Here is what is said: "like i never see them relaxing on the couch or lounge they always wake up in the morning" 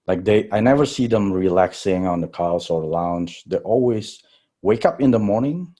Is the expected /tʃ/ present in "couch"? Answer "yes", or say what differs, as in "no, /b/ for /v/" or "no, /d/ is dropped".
no, /s/ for /tʃ/